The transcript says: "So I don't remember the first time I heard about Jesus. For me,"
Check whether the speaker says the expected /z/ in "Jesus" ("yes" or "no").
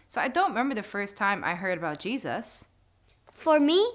yes